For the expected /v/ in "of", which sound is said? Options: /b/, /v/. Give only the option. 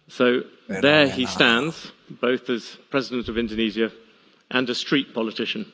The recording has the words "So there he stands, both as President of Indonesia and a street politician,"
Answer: /v/